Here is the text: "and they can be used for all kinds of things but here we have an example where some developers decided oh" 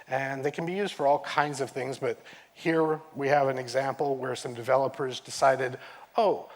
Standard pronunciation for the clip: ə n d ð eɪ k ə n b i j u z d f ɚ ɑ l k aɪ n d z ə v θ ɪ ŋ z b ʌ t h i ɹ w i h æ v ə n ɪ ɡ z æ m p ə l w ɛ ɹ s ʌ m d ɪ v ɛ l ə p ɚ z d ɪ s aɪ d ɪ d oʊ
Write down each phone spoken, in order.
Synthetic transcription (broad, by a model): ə n ð eɪ k n b i j u z d f ɚ ɑ l k aɪ n d z ə v θ ɪ ŋ z b ʌ t h i ɹ w i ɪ v ə n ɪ ɡ z æ m p l w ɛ ɹ s ʌ m d ɪ v ɛ l ə p ɚ z d ɪ s aɪ d ɪ d oʊ